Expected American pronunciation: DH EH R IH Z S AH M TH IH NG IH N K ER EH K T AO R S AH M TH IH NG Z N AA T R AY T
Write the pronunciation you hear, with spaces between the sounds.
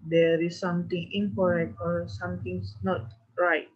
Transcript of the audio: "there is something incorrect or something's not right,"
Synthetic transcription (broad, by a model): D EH R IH S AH M T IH NG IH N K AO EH K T AO R S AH M T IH NG S N AA T R AY T